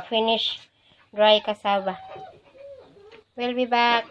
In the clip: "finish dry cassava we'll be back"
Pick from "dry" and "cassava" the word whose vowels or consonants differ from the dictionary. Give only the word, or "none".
cassava